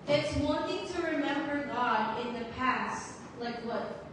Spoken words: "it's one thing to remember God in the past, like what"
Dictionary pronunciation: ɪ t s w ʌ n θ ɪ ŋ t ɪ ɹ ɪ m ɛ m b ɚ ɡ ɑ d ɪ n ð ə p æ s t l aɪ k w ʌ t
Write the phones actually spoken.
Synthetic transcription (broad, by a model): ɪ t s w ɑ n t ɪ ŋ t ɪ ɹ ɪ m ɛ m b ɚ ɡ ɑ d ɪ n ð ə p æ s t l aɪ k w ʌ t